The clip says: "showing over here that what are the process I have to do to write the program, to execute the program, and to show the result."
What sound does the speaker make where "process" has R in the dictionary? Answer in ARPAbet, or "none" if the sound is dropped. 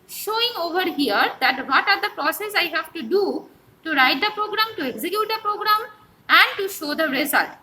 R